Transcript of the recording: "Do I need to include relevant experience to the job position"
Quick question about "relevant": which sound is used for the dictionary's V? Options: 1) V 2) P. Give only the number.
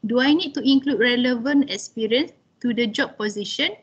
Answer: 1